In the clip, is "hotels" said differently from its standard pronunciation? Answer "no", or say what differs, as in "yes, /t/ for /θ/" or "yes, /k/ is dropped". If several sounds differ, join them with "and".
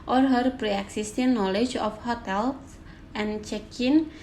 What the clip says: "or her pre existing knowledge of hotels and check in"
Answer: yes, /z/ is dropped